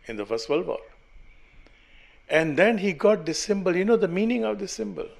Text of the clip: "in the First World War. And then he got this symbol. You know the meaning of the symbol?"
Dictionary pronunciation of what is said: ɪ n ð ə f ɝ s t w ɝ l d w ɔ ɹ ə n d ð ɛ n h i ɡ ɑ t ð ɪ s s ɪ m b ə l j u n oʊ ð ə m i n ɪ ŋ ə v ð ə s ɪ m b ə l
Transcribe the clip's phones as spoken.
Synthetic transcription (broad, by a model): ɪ n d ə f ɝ s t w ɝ l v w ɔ l ə n d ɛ n h i ɡ ɑ t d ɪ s s ɪ m b ə l j u n oʊ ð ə m i n ɪ ŋ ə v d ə s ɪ m b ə l